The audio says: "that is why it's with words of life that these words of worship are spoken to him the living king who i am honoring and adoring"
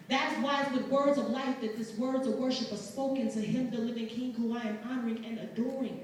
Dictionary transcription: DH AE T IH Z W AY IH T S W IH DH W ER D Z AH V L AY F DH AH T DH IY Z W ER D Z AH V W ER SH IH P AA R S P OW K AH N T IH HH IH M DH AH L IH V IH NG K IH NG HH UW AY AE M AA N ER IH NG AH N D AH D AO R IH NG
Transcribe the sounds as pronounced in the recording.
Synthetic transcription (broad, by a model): DH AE T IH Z W AY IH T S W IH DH W ER D Z AH V L AY F DH AH T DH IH S W ER D Z AH V W ER SH IH P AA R S P OW K AH N T IH HH IH M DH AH L IH V IH NG K IH NG HH UW AY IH M AA N ER IH NG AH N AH D AO R IH NG